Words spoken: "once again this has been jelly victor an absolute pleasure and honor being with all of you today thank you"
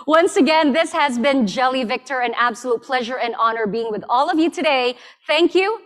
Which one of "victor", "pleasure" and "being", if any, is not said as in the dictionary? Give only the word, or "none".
none